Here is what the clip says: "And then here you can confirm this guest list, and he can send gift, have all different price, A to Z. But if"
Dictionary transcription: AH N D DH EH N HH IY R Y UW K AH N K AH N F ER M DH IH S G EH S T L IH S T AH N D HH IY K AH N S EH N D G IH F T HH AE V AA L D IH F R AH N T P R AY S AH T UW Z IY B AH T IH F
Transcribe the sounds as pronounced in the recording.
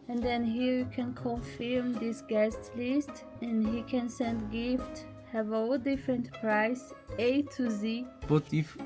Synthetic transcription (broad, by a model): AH N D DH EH N HH IY R Y UW K AH N K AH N F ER M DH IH S G EH S T L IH S T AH N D HH IY K AH N S EH N D G IH F T HH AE V AA L D IH F R AH N T P R AY S AH T UW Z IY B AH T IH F